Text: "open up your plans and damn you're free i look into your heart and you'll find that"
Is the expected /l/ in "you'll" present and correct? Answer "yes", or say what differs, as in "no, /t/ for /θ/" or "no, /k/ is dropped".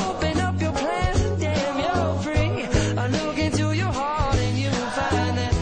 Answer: no, /n/ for /l/